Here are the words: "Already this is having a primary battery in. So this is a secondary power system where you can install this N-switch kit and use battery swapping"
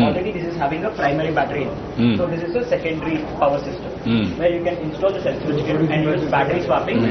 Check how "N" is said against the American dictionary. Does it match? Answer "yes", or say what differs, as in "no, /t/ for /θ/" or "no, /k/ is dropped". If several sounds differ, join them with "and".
no, /l/ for /n/